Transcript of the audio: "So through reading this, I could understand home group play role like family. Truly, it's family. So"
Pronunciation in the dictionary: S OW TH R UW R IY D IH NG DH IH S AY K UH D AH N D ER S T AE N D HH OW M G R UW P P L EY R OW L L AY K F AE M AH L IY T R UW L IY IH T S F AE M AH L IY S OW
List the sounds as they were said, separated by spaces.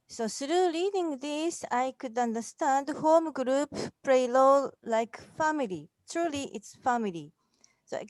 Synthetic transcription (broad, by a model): S OW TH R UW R IY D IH NG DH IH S AY K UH D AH N D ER S T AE N D HH OW M G R UW P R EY L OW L L AY K F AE M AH L IY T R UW L IY IH T S F AE M AH L IY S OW